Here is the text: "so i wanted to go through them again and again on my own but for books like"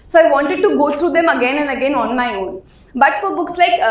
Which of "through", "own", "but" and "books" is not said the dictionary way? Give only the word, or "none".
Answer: through